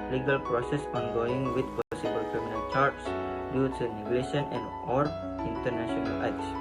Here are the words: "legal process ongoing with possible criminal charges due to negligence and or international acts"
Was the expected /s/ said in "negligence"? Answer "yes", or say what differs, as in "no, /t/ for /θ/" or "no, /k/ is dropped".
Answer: no, /s/ is dropped